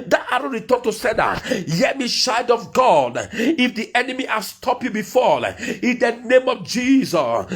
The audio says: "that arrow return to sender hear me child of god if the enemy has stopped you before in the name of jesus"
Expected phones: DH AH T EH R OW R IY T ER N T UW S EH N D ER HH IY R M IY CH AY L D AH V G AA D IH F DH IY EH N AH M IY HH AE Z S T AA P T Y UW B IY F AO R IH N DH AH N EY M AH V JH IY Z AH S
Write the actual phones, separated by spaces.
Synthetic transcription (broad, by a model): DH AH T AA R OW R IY T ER N T UW S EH D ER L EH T M IY SH AY D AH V G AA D IH F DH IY EH N AH M IY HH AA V S T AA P Y UW B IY F AO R IH N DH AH N EY M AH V JH IY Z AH S